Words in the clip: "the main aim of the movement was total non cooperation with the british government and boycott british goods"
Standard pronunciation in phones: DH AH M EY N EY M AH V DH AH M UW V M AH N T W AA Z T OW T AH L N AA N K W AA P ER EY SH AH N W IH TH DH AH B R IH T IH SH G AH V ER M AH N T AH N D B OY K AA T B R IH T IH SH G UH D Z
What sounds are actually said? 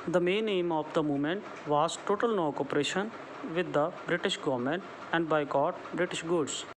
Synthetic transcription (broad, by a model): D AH M EY N EY M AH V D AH M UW M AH N T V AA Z T OW T AH L N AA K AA P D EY SH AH N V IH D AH B R IH T IH SH G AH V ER M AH N T AH N D B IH K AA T B R IH T IH SH G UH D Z